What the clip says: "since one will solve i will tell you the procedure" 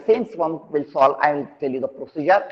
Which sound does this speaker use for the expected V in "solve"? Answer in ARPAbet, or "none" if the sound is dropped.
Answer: none